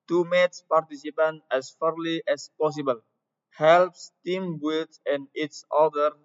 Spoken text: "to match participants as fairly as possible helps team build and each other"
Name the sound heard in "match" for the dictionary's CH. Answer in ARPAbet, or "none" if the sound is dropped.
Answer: S